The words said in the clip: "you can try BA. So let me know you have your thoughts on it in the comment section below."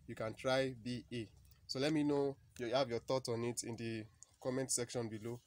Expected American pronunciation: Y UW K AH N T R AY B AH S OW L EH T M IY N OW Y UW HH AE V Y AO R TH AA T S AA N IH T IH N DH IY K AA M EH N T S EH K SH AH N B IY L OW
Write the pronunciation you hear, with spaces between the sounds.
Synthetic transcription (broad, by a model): Y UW K AH N T R AY B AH S OW L EH T M IY N OW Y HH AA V Y AO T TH AA T AA N IH T IH N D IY K AA M EH N T S EH K SH AH N B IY L OW